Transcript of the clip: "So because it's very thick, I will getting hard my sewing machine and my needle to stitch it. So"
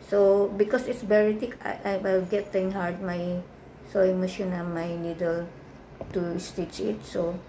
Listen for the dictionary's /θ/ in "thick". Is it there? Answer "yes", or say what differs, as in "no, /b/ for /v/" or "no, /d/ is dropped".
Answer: no, /t/ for /θ/